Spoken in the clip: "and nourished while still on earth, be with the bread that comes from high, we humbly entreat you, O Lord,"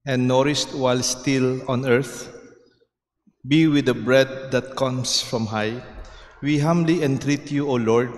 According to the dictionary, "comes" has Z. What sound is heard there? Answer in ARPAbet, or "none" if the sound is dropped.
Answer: S